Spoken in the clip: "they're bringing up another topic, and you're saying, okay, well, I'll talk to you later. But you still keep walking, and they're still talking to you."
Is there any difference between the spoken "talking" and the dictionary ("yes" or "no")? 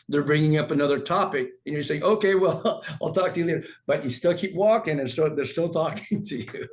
no